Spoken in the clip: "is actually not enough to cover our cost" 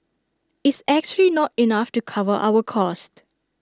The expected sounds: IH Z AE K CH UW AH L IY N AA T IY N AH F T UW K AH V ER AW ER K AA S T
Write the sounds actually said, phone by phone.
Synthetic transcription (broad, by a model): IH S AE K CH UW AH L IY N AA T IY N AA F T UW K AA V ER AW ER K AA S T